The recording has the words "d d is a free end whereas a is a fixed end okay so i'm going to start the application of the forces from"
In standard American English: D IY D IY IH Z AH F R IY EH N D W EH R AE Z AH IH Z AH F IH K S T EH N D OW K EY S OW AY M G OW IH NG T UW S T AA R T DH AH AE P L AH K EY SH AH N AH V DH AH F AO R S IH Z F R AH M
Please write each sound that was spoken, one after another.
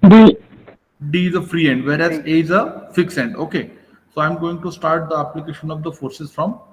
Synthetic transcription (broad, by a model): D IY D IY IH Z AH F R IY EH N D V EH R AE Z AH IH Z AH F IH K S EH N D OW K EY S OW AY M G OW IH NG T UW S T AA R T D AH AE P L AH K EY SH AH N AH V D AH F AO R S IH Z F R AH M